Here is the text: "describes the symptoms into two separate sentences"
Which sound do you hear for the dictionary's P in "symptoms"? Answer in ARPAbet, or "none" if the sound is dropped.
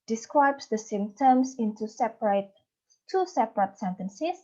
none